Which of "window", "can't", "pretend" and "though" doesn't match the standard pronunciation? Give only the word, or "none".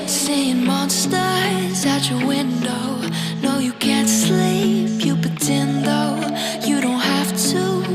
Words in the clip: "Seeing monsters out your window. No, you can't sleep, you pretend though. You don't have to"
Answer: pretend